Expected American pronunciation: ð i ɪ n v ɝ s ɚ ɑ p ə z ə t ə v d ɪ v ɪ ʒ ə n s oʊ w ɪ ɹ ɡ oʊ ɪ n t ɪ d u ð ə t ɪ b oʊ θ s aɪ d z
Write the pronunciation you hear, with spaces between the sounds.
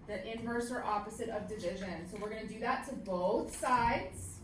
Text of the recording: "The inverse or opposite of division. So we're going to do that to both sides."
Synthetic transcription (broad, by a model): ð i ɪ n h ɝ s ɚ ɑ p ə z ə t ə v d ɪ v ɪ ʒ ə n s oʊ w ɪ ɹ ɡ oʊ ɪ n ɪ d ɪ ð ə t ɪ b oʊ θ s aɪ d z